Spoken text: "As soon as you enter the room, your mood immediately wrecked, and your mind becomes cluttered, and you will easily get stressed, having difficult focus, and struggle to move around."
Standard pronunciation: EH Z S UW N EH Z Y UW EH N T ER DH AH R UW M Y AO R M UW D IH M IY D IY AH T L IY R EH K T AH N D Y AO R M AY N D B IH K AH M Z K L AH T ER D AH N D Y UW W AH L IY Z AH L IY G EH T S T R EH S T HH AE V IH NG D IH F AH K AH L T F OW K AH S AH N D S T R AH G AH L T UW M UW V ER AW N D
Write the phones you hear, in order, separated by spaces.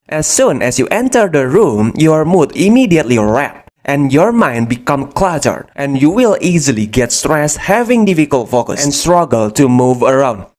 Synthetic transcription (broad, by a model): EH S UW N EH S Y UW EH N T ER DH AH R UW M Y AO R M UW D IH M IY D IY AH T L IY R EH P T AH N Y AO R M AY N D B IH K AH M K L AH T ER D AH N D Y UW W AH L IY Z AH L IY G EH T S T R EH S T HH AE V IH NG D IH F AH K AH L T F OW K AH S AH N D S T R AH G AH L T UW M UW V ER AW N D